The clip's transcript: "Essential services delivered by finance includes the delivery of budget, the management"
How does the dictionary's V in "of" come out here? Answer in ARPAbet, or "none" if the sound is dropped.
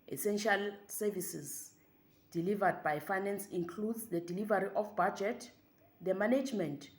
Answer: F